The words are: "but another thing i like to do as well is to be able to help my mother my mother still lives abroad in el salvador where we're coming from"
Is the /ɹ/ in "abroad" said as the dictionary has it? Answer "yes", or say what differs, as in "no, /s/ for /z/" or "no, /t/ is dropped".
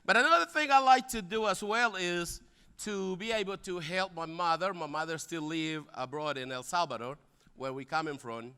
yes